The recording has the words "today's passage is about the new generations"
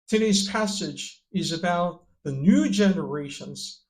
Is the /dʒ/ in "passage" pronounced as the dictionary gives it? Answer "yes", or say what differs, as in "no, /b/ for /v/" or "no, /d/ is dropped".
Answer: yes